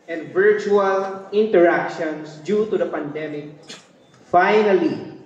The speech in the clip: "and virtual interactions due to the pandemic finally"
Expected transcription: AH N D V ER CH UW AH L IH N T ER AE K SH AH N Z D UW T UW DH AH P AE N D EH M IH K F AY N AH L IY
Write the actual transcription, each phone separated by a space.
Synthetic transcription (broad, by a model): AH N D V ER CH UW AH L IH N T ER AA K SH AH N S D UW T UW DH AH P AE N D EH M IH K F AY N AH L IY